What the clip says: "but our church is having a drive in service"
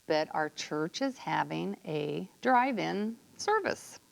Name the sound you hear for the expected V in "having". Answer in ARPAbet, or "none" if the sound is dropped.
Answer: V